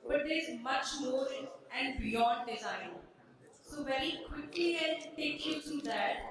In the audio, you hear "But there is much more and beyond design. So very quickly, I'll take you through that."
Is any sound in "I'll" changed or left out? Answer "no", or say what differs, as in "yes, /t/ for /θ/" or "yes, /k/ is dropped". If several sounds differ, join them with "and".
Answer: yes, /n/ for /l/